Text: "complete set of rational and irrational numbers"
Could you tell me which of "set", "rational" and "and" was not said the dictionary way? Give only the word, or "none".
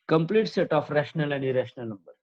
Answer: none